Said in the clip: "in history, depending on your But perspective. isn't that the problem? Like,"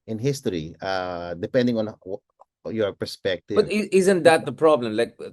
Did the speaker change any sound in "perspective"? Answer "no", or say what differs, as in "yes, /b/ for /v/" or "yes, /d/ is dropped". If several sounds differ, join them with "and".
yes, /b/ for /v/